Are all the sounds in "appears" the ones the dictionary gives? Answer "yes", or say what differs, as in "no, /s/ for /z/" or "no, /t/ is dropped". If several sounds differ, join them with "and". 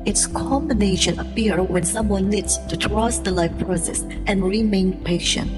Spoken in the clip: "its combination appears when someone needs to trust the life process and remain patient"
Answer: no, /z/ is dropped